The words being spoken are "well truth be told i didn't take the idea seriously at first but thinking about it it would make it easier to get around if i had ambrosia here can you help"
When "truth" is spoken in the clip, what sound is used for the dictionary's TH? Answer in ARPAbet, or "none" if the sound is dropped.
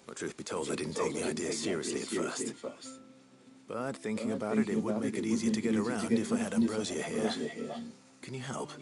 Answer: TH